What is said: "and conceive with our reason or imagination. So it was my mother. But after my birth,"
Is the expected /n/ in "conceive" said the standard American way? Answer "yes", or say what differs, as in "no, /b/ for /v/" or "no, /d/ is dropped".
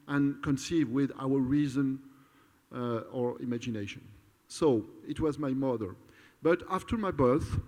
yes